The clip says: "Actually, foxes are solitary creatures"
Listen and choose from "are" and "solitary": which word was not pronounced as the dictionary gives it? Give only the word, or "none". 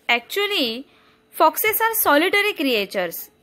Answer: none